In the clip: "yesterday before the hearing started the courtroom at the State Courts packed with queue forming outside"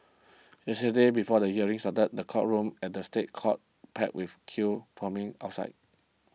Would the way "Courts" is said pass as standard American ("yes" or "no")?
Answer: no